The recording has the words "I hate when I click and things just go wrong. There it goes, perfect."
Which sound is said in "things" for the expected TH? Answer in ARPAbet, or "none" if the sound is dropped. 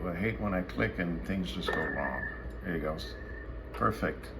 TH